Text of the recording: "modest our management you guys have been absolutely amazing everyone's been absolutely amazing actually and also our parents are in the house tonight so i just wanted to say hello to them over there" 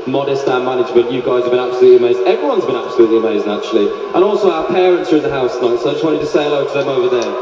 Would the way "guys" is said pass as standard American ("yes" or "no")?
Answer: yes